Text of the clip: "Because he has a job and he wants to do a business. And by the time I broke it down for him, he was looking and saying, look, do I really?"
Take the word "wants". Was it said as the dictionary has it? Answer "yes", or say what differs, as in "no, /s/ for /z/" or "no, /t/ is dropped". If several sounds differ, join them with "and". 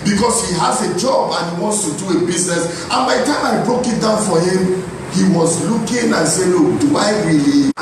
yes